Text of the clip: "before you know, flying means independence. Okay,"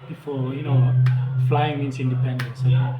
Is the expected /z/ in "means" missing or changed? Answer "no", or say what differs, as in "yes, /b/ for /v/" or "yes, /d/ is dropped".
yes, /s/ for /z/